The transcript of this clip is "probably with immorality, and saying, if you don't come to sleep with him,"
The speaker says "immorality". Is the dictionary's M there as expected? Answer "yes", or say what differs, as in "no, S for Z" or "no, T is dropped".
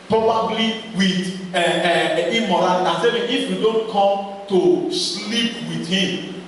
no, M is dropped